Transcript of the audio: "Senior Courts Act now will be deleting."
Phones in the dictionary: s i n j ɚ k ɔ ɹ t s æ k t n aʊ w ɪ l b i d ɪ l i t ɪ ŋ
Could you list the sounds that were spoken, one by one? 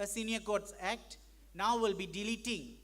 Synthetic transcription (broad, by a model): s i n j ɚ k ɔ ɹ t s æ k t n aʊ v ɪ l b i d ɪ l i t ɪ ŋ